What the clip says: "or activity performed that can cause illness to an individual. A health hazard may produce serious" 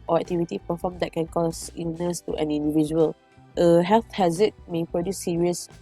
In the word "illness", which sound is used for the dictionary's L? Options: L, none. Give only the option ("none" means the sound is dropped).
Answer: none